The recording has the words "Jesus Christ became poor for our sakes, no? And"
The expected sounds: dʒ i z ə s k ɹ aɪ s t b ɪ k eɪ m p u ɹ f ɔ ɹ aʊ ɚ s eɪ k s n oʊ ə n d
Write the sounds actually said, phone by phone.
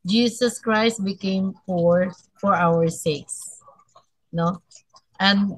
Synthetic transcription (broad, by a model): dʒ i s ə s k ɹ aɪ s t b ɪ k eɪ m f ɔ ɹ f ɔ ɹ aʊ ɚ s eɪ k s n oʊ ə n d